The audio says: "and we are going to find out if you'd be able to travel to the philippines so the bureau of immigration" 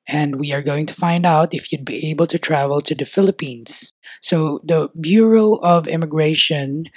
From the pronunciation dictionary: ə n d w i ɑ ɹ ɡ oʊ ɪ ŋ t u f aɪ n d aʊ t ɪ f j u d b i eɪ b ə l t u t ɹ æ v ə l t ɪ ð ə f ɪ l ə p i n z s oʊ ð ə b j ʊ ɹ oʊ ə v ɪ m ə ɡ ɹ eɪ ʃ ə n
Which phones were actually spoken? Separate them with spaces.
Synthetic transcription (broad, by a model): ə n d w i ɑ ɹ ɡ oʊ ɪ ŋ t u f aɪ n d aʊ t ɪ f j u d b i eɪ b ə l t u t ɹ æ v ə l t ɪ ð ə f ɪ l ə p i n s oʊ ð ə b j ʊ ɹ oʊ ə v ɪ m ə ɡ ɹ eɪ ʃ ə n